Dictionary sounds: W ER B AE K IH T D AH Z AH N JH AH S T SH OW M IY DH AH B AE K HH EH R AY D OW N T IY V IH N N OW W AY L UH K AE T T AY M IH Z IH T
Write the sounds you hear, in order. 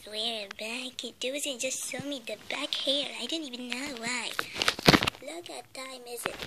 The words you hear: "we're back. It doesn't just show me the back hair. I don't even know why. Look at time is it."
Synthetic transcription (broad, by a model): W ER B AE K IH T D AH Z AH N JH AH S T S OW M IY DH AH B AE K HH EH R AY D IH N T IY V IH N N OW W AY L UH K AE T T AY M IH Z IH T